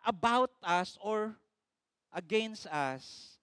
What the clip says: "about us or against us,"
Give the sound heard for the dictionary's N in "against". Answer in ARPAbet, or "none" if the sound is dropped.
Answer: N